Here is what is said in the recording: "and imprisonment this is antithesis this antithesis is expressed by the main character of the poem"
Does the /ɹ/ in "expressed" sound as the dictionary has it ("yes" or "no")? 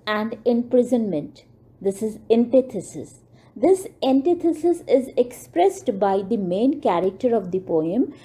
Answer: yes